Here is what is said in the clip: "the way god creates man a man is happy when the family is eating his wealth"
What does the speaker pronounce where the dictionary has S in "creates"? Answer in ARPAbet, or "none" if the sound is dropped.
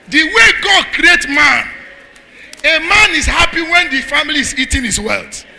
none